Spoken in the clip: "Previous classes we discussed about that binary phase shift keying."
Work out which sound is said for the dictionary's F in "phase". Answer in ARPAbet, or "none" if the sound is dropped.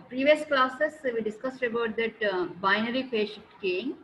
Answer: P